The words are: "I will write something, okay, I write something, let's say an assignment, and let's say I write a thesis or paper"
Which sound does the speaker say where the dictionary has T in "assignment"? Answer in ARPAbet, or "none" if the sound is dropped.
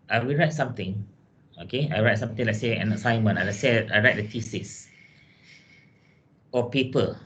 none